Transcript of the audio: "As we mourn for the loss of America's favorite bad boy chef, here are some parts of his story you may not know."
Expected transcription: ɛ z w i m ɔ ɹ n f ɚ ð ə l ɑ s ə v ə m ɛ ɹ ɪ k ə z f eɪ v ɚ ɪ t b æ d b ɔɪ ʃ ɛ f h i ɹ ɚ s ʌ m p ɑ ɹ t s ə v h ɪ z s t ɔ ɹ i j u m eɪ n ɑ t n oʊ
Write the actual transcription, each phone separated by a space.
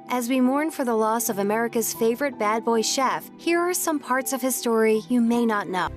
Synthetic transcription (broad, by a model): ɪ z w i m ɔ ɹ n f ɚ ð ə l ɑ s ə v ə m ɛ ɹ ɪ k ə z f eɪ v ɚ ɪ t b æ d b ɔɪ ʃ ɛ f h i ɹ ɚ s ʌ m p ɑ ɹ t s ə v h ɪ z s t ɔ ɹ i j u m eɪ n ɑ t n oʊ